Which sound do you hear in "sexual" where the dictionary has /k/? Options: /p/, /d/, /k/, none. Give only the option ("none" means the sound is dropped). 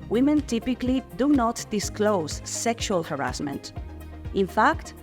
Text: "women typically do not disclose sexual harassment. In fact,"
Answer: /k/